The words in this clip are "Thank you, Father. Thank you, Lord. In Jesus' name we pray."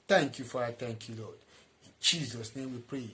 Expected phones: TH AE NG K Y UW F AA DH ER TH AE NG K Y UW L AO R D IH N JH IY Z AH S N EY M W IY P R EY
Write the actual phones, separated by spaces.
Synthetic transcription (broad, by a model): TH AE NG K Y UW F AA AA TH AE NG K Y UW L AO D IH N JH IY Z AH S N EY M W IY P R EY